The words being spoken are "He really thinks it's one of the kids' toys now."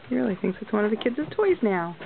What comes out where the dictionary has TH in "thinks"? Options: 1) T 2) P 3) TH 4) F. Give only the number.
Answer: 3